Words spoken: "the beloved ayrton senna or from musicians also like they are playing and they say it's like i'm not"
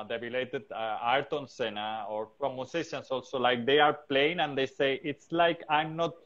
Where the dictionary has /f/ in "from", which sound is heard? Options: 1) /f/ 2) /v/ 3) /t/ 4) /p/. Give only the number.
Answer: 4